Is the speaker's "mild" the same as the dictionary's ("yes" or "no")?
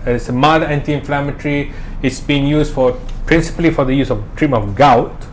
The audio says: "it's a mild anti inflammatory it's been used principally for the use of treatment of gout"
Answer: no